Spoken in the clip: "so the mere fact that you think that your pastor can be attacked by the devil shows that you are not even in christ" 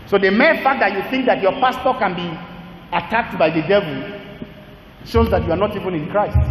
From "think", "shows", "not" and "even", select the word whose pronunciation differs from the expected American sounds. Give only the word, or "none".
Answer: none